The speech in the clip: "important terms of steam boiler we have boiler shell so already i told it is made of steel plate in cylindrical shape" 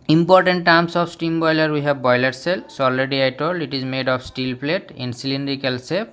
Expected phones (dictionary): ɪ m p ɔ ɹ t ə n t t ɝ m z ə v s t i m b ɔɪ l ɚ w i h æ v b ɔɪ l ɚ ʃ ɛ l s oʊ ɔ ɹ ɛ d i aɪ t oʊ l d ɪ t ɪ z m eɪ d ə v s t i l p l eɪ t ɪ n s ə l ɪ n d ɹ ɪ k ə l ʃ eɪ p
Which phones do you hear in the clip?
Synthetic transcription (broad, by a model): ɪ m p ɔ ɹ t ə n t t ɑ m s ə f s t i m b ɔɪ l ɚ w i h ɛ b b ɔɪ l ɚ s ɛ l s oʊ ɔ l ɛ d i aɪ t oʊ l ɪ t ɪ z m eɪ d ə p s t i l p l eɪ t ɪ n s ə l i n d ɹ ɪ k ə l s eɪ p